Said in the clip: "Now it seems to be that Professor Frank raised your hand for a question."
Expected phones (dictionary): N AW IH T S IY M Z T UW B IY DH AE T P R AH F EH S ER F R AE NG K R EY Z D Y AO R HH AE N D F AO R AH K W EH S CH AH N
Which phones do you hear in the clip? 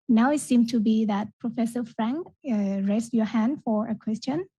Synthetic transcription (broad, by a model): N AW IH T S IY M T UW B IY DH AE T P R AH F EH S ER F R AE NG K R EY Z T Y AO HH AE N D F AO R AH K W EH S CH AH N